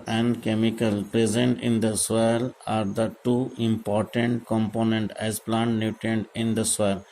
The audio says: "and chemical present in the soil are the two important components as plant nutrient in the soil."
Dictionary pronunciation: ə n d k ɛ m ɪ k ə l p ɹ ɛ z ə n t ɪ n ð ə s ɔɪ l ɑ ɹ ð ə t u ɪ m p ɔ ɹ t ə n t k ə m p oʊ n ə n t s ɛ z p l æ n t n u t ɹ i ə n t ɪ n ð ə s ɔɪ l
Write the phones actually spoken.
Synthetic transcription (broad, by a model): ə n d k ɛ m ɪ k ə l p ɹ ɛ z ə n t ɪ n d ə s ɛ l ɑ ɹ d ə t u ɪ m p ɔ ɹ t ə n t k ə m p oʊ n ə n t ɛ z p l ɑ n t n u t i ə n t ɪ n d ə s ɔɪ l